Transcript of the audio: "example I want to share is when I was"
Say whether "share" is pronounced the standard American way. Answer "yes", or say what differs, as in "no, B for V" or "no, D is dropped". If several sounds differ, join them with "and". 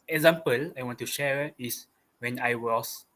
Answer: yes